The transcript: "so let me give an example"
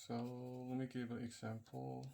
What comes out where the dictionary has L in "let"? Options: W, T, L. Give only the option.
W